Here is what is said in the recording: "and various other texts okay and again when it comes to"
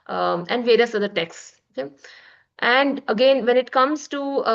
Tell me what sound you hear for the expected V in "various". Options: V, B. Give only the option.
V